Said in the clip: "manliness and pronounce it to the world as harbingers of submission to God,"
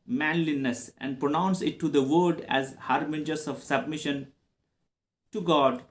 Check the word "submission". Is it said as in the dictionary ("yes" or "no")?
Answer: yes